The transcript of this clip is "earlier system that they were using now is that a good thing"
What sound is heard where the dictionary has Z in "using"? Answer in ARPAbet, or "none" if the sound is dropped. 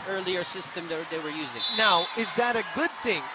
Z